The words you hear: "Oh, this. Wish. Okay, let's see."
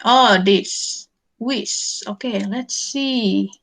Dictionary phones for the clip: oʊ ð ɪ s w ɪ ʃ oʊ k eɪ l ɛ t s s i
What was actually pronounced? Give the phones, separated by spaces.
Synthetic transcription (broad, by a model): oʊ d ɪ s w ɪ s oʊ k eɪ l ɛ t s s i